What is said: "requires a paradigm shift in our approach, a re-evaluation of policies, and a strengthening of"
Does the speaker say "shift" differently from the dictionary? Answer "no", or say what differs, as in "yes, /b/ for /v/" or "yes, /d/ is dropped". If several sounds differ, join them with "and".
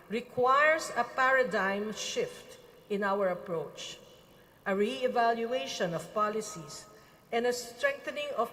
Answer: no